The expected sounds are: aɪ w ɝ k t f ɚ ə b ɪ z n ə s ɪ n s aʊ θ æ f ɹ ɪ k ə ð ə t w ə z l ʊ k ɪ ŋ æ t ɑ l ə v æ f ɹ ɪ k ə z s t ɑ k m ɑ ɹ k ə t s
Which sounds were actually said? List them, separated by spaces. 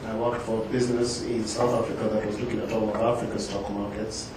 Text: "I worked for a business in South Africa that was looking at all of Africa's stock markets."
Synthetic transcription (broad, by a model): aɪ w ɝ k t f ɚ ə b ɪ z n ə s ɪ n s aʊ θ æ f ɹ ɪ k ə ð ə t w ə z l ʊ k ɪ ŋ æ t ɑ l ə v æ f ɹ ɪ k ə s t ɑ k m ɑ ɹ k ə t s